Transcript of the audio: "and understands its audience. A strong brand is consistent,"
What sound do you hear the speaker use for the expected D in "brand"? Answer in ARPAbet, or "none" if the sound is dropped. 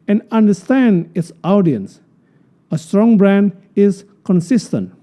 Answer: D